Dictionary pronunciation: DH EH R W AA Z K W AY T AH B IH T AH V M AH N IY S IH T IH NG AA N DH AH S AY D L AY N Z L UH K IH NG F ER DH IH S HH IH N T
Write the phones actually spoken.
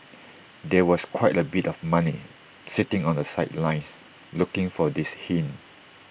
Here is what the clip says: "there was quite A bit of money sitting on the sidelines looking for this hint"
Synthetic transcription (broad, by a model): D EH W AA S K W AY T AH B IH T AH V M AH N IY S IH T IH NG AA N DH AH S AY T L AY N S L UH K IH NG F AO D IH S HH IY N